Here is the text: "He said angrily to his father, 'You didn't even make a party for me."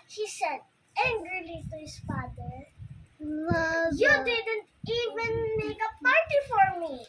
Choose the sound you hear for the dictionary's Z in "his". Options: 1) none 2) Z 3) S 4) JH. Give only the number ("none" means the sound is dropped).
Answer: 3